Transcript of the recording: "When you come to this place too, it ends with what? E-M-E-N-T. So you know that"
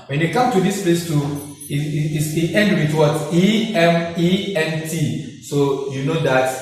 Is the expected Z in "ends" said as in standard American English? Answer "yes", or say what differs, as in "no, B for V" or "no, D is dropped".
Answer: no, Z is dropped